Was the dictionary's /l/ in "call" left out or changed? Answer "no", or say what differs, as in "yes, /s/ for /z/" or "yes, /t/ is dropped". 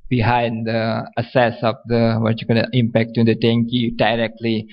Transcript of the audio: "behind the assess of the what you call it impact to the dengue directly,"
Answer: yes, /n/ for /l/